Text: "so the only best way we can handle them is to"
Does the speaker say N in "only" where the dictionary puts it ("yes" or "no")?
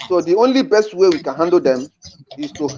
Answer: yes